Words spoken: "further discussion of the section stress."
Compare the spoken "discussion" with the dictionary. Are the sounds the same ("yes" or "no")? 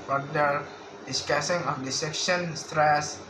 no